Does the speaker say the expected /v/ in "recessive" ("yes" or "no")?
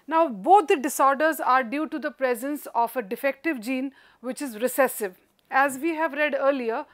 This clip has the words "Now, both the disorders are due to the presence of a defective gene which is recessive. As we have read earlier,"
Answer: yes